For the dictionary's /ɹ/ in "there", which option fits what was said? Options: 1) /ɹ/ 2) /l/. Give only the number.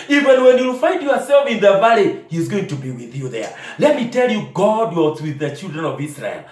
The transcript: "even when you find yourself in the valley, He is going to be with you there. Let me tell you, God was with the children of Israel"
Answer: 1